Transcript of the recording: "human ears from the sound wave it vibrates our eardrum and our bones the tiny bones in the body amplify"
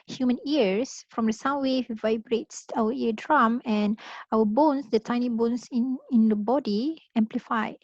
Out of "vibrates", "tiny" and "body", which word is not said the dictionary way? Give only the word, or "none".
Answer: none